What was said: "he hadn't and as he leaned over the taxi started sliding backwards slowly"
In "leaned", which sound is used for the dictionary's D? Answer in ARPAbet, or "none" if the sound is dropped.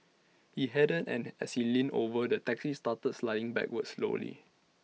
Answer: none